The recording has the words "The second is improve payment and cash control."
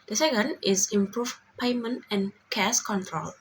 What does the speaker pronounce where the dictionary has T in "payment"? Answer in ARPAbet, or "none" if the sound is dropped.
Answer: T